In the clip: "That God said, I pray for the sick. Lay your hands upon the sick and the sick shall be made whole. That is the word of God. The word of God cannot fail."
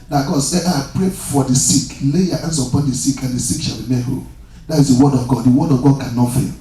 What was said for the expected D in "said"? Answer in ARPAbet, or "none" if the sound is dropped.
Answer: none